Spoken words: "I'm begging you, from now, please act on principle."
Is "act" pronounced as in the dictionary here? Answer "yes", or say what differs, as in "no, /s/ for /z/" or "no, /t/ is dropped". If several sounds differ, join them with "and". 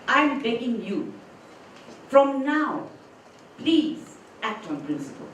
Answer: yes